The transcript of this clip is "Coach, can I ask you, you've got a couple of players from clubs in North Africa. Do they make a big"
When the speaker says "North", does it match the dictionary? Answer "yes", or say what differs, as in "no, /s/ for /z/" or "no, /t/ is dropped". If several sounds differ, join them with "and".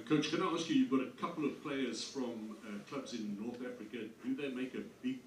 yes